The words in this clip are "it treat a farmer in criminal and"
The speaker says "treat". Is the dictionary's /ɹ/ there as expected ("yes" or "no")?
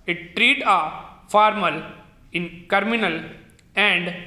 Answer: yes